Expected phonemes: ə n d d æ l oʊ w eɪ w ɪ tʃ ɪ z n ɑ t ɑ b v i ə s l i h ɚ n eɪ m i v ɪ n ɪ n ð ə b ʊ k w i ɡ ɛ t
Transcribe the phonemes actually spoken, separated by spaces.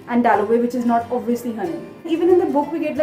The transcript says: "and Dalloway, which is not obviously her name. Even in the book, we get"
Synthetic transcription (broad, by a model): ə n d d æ l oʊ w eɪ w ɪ tʃ ɪ z n ɑ t ɑ b v i ə s l i h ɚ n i i v ɪ n ɪ n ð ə b ʊ k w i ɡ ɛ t